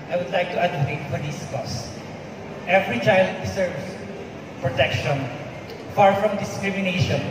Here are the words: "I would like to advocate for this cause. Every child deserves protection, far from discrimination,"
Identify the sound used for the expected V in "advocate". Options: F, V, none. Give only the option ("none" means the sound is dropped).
none